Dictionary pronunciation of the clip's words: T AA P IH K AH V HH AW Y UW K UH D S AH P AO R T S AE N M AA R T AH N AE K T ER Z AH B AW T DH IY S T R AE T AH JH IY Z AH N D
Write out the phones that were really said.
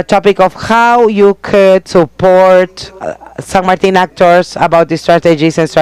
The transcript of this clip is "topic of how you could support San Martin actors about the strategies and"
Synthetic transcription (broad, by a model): T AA P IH K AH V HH AW Y UW K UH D S AH P AO R T S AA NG M AA R T AH N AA K T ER S AH B AW T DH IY S T R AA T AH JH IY S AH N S